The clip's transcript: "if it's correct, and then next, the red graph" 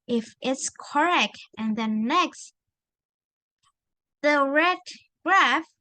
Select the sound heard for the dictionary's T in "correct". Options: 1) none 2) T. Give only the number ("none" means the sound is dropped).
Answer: 2